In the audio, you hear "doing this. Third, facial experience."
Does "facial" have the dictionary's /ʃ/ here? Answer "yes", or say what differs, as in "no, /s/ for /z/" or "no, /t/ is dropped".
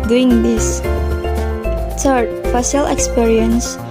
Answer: no, /s/ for /ʃ/